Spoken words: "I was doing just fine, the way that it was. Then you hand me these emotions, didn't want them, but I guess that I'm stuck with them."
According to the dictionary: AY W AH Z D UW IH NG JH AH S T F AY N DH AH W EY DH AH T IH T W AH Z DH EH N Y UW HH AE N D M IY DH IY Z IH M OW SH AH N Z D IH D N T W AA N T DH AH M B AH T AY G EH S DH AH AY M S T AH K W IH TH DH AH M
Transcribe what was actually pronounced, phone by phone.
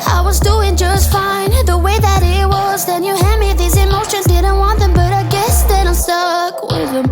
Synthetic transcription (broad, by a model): AY W AH Z D UW IH NG JH AH S T F AY N DH AH W EY DH AH T IH T W AH Z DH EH N Y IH HH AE D M IY DH IY Z IH M OW SH AH N Z D IH D N T W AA N DH AH M B AH T AY G EH S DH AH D S T AH K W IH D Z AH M